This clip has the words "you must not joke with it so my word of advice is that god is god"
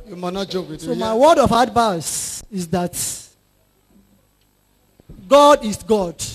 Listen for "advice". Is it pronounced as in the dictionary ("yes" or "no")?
no